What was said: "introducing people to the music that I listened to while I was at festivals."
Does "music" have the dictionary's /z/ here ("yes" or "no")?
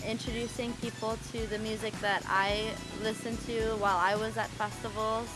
yes